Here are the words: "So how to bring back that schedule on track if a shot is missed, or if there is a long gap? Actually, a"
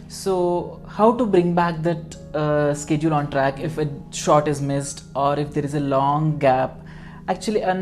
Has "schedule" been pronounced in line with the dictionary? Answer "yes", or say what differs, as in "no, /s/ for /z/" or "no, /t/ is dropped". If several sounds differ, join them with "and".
yes